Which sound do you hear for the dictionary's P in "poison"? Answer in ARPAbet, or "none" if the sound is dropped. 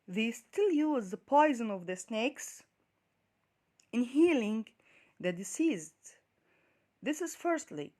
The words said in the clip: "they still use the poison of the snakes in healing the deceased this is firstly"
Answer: P